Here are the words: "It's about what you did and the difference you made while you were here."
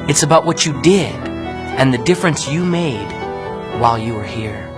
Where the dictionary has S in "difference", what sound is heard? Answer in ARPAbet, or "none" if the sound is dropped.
S